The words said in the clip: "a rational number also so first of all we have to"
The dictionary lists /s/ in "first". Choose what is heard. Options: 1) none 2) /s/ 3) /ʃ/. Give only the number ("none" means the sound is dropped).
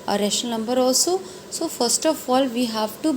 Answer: 2